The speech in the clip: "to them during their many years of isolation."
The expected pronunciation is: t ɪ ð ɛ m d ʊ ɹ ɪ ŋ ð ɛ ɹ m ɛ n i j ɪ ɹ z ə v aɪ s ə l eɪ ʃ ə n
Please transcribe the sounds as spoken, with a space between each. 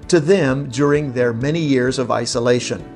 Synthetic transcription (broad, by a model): t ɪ ð ɛ m d ʊ ɹ ɪ ŋ ð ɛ ɹ m ɛ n i j ɪ ɹ z ə v aɪ s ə l eɪ ʃ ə n